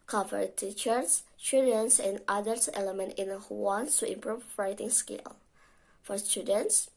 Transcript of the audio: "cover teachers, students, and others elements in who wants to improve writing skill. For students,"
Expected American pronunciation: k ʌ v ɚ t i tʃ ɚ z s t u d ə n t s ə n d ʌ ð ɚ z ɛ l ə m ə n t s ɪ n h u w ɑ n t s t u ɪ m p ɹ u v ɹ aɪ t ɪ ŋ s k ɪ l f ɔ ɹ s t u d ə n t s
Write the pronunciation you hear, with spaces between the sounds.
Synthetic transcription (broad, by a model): k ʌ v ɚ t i tʃ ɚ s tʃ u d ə n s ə n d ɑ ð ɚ s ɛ l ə m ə n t ɪ n h u w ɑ n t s t u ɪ m p ɹ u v ɹ aɪ t ɪ ŋ s k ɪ l f ɔ ɹ s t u d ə n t s